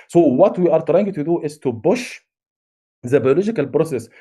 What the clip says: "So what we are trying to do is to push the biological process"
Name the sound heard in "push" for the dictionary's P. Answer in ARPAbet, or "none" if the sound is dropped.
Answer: B